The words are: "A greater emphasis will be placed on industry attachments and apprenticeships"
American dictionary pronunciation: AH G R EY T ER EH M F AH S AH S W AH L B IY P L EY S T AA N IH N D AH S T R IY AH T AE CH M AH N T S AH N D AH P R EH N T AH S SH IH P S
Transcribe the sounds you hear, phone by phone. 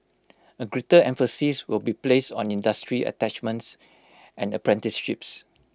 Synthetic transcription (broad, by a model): AH G R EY T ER EH M F AH S AH S W AH L B IY P L EY S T AA N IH N D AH S T R IY AH T AE CH M AH N T S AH N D AH P R EH N T AH S SH IH P S